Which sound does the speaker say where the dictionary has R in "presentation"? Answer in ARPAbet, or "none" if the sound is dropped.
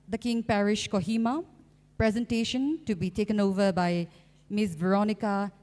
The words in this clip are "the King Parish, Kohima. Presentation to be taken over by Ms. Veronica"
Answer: R